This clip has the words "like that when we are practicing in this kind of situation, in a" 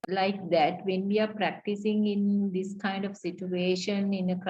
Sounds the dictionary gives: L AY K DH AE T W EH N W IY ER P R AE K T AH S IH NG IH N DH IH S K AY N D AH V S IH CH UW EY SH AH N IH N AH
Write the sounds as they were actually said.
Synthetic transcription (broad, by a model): L AY K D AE T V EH N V IY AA P R AE K T AH S IH NG IH N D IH S K AY N D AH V S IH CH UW EY SH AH N IH N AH